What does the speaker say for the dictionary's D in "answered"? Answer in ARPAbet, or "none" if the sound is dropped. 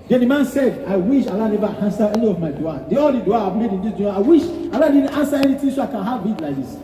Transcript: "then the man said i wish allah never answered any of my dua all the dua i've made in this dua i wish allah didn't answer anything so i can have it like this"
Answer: none